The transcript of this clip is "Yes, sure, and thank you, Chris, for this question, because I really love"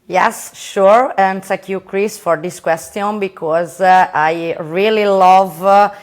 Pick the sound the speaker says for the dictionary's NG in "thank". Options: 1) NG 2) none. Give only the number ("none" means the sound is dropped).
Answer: 2